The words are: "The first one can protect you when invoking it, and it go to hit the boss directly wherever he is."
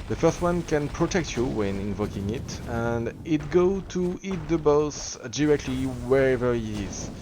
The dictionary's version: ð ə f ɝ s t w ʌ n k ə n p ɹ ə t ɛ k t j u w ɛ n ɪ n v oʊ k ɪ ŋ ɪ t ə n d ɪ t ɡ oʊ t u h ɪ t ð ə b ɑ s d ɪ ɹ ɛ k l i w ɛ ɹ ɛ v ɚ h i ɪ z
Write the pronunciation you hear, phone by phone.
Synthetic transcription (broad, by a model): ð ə f ɝ s t w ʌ n k ə n p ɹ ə t ɛ k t j u w ɛ n ɪ n v oʊ k ɪ ŋ ɪ t ə n d ɪ t ɡ oʊ t u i t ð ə b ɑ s d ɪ ɹ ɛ k l i w ɛ ɹ ɛ v ɚ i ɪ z